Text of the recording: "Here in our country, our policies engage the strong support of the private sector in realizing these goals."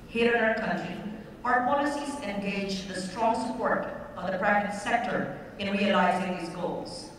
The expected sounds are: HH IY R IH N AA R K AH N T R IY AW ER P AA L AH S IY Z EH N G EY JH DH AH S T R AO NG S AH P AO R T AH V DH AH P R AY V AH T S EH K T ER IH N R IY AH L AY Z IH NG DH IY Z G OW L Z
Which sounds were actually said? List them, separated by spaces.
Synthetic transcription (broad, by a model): HH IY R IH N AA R K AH N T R IY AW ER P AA L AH S IY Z EH N G EY JH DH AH S T R AO NG S AH P AO R T AH V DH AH P R AY V AH T S EH K T ER IH N R IY AH L AY Z IH NG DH IY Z G OW L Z